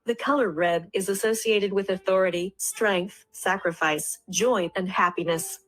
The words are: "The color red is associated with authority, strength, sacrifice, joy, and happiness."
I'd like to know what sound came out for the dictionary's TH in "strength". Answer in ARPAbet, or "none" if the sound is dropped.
TH